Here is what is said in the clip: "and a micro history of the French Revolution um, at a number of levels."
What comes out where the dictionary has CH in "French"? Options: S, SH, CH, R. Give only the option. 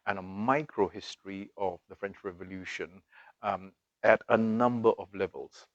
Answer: CH